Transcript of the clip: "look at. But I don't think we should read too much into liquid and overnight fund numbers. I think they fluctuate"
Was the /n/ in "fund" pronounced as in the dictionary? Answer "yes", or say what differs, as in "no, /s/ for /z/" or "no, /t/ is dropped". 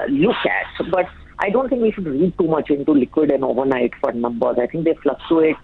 no, /n/ is dropped